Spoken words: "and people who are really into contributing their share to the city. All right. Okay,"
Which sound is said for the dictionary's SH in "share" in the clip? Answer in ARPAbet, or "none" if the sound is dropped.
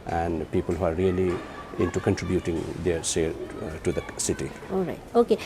S